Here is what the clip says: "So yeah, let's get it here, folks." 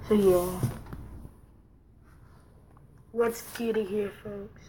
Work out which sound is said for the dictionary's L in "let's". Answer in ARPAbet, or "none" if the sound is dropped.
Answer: W